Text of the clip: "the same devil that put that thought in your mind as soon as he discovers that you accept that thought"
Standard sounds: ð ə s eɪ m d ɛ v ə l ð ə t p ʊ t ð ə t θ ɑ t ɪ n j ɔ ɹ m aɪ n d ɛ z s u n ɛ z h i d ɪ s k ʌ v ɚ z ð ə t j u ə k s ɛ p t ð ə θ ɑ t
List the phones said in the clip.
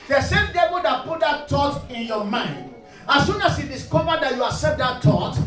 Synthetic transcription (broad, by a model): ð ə s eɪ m d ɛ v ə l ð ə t p ʊ t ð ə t t ɑ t ɪ n j ɔ m aɪ n d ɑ s u n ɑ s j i d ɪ s k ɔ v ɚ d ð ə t j u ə s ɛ t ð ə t ɑ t